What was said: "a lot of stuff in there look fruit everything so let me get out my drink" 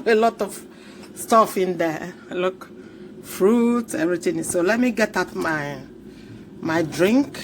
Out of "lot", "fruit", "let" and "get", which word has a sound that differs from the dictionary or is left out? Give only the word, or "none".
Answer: none